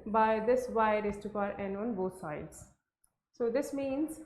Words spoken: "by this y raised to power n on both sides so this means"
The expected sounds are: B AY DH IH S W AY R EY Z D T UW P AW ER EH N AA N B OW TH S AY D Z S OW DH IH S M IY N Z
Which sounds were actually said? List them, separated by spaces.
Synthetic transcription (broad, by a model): B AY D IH S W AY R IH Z T UW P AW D EH N AA N B OW T S AY D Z S OW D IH S M IY N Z